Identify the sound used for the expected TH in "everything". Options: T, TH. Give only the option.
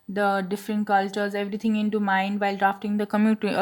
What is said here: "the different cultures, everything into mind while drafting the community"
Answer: T